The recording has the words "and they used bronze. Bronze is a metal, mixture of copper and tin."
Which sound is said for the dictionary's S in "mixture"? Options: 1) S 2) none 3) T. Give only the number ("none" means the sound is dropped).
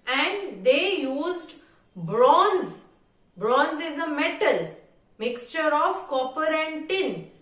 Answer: 1